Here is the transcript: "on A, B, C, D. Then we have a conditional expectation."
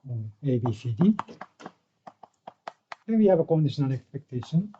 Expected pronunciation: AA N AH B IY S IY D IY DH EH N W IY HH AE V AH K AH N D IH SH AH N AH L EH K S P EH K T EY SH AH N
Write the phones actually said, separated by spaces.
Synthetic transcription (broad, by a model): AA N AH B IY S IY D IY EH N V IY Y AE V AH K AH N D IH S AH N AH N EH K S P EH K T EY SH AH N